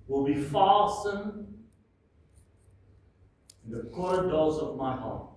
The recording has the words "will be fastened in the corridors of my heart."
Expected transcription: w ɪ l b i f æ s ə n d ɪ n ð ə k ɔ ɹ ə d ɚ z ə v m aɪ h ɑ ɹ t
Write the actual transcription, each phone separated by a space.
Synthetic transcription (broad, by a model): w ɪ l b i f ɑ s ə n ɪ n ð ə k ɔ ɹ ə d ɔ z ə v m aɪ h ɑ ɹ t